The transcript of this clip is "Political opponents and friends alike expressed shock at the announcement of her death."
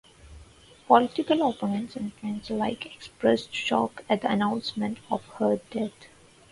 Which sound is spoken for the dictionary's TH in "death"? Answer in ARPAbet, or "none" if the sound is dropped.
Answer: T